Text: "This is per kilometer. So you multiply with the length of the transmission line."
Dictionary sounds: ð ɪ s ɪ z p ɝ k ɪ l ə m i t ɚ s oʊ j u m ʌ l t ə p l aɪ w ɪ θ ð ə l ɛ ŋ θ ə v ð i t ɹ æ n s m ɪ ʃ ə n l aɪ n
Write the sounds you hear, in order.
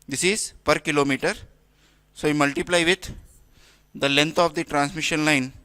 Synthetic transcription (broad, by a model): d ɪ s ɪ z p ɝ k ɪ l ə m i t ɚ s oʊ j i m ʌ l t ə p l aɪ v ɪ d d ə l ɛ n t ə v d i t ɹ æ n s m ɪ ʃ ə n l aɪ n